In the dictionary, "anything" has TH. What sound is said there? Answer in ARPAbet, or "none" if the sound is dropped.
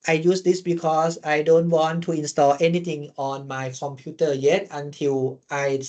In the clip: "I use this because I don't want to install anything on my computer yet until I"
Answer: T